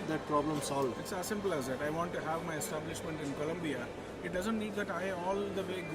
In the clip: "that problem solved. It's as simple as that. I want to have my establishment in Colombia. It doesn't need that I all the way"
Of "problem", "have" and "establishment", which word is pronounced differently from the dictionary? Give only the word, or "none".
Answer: none